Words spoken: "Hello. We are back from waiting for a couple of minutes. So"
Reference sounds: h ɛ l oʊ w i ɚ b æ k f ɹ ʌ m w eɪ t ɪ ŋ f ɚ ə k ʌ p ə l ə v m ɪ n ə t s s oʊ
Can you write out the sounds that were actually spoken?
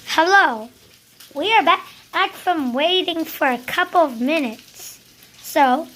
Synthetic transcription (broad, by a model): h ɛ l oʊ w i ɚ b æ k f ɹ ʌ m w eɪ t ɪ ŋ f ɚ ə k ʌ p l ə v m ɪ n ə t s s oʊ